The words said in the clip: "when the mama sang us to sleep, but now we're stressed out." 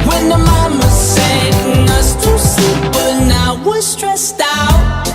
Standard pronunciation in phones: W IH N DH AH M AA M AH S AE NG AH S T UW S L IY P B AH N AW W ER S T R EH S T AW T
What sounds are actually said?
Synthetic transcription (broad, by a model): W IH N DH AH M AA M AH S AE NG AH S T UW S IY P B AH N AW W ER S T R EH S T AW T